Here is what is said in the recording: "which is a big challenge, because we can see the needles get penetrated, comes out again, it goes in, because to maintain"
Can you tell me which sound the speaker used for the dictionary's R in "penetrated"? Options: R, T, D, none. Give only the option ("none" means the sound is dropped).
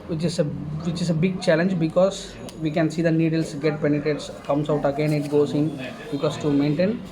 none